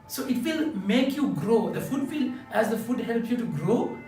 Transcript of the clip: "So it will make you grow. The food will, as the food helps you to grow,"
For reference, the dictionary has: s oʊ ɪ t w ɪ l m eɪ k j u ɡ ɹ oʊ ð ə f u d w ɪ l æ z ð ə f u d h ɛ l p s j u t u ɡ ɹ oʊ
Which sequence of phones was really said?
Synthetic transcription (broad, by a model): s oʊ ɪ t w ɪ l m eɪ k j u ɡ ɹ oʊ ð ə f u d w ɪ l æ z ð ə f u d h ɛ l p j u t u ɡ ɹ oʊ